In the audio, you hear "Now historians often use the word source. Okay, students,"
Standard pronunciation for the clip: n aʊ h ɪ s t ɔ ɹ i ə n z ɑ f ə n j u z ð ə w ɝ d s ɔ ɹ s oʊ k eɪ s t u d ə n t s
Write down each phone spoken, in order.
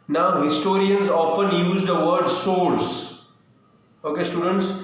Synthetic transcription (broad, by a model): n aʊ h ɪ s t ɔ ɹ i ə n z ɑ f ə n j u z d ə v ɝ d s ɔ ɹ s oʊ k eɪ s t u d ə n t s